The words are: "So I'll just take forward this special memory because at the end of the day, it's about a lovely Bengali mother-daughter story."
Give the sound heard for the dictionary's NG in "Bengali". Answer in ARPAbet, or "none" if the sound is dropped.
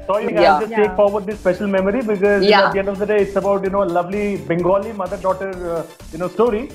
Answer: NG